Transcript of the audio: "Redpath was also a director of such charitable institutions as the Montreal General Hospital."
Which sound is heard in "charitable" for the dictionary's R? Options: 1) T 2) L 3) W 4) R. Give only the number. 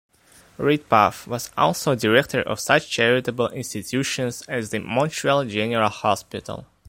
4